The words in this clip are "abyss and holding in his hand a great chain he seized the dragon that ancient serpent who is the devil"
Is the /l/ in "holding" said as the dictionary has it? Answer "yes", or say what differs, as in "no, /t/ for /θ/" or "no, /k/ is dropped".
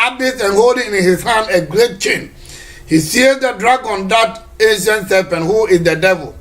yes